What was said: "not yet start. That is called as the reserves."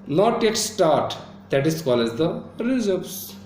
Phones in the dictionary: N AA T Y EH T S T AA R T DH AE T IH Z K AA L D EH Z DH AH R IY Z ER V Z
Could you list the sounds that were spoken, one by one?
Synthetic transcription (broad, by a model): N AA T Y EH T S T AA R T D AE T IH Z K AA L EH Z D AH R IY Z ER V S